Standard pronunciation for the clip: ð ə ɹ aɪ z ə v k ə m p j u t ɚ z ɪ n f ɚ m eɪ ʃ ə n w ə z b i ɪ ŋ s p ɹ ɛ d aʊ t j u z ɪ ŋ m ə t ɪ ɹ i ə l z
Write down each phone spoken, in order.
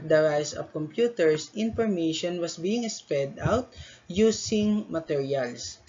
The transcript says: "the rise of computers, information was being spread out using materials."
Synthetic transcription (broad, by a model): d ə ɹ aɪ s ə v k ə m p j u t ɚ s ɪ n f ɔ m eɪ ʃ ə n w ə s b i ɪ ŋ s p ɛ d aʊ t j u s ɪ ŋ m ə t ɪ ɹ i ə l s